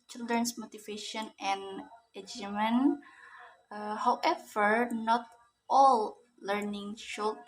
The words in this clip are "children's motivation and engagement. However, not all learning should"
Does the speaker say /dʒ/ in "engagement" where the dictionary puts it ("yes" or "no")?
no